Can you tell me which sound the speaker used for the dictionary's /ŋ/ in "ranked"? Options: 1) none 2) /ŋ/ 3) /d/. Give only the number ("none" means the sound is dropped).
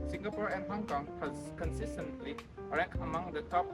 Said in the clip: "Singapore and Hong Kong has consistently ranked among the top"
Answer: 1